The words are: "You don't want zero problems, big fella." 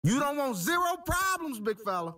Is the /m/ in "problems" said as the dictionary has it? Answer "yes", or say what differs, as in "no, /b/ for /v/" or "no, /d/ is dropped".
yes